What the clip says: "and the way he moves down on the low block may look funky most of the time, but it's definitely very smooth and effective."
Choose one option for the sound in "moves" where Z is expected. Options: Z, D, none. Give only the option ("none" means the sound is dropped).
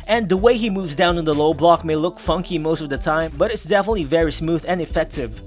Z